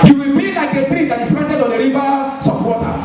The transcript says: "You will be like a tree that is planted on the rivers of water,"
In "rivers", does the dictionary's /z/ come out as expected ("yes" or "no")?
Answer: no